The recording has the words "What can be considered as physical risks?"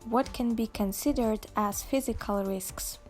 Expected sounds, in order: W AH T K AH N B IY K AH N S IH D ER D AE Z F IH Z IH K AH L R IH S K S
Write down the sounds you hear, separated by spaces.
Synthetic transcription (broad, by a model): W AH T K AH N B IY K AH N S IH D ER D AE Z F IH Z IH K AH L R IH S K S